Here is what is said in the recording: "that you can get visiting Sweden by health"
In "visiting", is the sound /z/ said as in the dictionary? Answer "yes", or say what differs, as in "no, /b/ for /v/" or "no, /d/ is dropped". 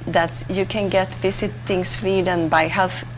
no, /s/ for /z/